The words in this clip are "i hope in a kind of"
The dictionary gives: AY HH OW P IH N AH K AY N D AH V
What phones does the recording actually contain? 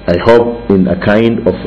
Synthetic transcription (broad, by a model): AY HH OW P IH N AH K AY N D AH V